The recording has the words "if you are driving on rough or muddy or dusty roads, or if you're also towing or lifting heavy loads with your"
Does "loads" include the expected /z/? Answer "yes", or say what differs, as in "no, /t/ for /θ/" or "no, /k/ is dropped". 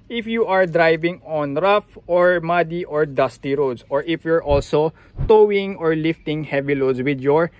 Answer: no, /s/ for /z/